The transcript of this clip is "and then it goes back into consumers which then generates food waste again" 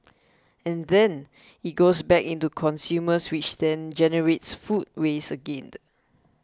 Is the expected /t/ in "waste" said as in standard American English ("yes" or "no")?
no